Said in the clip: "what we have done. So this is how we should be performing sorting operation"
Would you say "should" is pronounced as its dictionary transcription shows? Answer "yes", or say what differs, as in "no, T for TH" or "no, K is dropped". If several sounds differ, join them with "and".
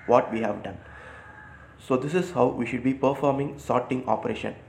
yes